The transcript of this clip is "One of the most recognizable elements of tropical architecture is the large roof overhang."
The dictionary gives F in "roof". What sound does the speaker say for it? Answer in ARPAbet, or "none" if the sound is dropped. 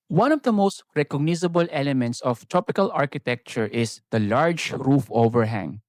F